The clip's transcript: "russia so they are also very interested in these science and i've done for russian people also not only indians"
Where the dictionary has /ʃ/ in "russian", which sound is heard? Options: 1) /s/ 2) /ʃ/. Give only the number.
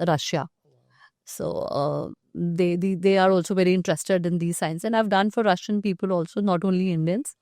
2